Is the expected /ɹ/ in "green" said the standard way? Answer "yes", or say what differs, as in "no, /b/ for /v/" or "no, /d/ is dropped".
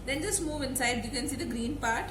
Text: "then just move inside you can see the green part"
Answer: yes